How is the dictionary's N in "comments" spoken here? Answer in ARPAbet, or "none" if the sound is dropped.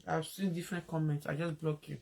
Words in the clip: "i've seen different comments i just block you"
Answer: N